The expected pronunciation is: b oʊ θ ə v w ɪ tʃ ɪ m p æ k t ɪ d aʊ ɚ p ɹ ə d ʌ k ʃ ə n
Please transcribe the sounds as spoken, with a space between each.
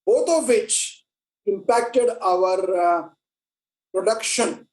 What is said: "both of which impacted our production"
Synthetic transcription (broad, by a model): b oʊ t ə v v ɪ tʃ ɪ m p æ k t ɪ d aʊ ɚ p ɹ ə d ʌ k ʃ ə n